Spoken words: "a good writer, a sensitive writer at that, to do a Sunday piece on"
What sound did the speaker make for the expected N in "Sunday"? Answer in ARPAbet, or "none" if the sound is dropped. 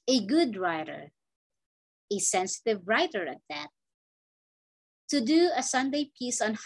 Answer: N